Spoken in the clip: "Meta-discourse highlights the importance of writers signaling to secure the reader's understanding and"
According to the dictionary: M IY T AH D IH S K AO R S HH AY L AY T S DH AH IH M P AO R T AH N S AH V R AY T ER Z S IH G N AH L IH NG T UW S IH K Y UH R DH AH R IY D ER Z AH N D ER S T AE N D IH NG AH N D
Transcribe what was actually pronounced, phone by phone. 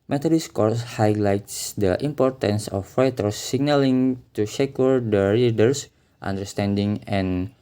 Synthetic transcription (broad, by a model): M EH T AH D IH S K AO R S HH AY L AY T S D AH IH M P AO R T AH N S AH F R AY T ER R S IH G N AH L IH NG T UW SH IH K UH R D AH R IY D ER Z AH N D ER S T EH N D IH NG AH N